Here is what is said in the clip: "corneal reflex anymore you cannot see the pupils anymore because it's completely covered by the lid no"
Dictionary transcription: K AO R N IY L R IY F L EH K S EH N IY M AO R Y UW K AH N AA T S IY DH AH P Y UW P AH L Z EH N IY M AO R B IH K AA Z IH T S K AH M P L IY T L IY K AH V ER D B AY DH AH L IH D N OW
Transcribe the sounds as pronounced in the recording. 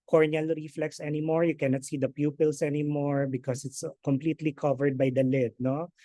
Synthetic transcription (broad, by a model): K AO R N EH L R IY F L EH K S EH N IY M AO R Y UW K AH N AA T S IY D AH P Y UW P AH L S EH N IY M AO R B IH K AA S IH T S K AH M P L IY T L IY K AH V ER D B AY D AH L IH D N OW